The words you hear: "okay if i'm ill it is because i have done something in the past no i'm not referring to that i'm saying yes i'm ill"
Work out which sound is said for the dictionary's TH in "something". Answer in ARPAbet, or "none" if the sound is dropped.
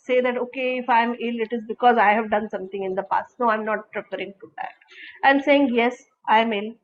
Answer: T